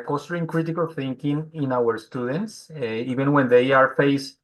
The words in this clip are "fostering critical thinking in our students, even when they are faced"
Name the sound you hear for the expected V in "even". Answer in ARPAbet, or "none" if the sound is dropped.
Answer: B